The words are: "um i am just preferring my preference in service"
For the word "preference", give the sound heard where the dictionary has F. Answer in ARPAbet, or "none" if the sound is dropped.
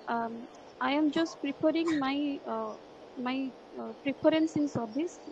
P